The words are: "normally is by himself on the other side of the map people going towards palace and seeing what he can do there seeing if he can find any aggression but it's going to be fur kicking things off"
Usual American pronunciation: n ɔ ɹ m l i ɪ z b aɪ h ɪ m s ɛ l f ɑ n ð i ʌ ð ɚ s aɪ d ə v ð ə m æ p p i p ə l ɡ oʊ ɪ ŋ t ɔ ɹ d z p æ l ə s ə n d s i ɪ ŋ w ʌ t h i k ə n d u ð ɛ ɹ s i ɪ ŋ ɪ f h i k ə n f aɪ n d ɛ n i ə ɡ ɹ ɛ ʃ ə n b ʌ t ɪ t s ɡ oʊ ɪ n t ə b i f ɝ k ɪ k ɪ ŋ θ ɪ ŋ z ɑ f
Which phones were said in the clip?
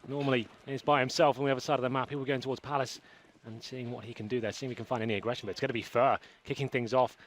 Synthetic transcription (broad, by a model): n ɔ ɹ m l i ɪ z b aɪ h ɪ m s ɛ l f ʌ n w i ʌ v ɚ s aɪ d ə v ð ə m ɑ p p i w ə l ɡ oʊ ɪ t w ɔ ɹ d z p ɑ l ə s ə n s i ɪ ŋ w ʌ t h i k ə n d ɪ ð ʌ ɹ s i ɪ ŋ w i k ə n f aɪ n d ɛ n i ə ɡ ɹ ɛ ʃ ə n b ʌ t ɪ t s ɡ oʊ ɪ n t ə b i f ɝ k ɪ k ɪ ŋ θ ɪ ŋ z ɑ f